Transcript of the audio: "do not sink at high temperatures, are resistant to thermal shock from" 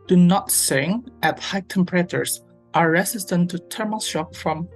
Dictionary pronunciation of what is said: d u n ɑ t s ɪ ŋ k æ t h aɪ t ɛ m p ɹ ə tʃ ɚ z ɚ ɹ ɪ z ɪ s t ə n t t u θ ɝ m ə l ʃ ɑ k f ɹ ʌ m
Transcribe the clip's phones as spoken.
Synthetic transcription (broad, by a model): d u n ɑ t s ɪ ŋ æ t h aɪ t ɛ m p ɹ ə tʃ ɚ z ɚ ɹ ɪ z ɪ s t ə n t t u t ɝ m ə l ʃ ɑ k f ɹ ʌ m